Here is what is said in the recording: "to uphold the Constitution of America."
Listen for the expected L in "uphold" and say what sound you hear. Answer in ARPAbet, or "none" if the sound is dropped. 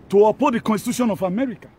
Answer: none